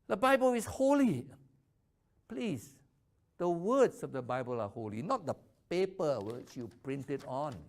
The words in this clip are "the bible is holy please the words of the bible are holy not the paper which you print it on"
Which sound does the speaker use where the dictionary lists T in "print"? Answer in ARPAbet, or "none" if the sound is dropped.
T